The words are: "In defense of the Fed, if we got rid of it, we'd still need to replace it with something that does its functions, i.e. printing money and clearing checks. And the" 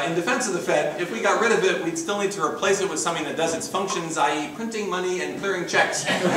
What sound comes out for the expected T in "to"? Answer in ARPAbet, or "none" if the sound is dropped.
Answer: T